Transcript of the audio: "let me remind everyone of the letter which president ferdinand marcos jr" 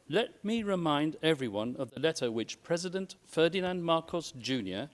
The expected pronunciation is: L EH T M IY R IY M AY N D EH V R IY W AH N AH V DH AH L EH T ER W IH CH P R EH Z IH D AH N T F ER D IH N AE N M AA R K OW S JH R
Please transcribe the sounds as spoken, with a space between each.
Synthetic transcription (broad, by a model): L EH T M IY R IY M AY N D EH V R IY W AH N AH V DH AH L EH T ER W IH CH P R EH Z IH D AH N T F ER D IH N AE N M AA R K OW S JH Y